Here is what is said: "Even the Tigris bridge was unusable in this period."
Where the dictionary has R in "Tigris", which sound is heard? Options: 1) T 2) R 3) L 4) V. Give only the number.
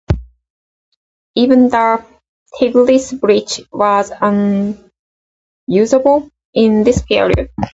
3